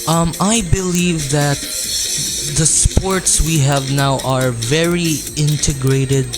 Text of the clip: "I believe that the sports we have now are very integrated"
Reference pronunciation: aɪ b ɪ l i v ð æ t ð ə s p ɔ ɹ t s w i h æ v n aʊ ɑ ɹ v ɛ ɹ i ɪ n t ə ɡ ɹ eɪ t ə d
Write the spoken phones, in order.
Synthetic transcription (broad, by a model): aɪ b ɪ l i v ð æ t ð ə s p ɔ ɹ t s w i h æ v n aʊ ɑ ɹ v ɛ ɹ i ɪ n t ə ɡ ɹ eɪ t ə d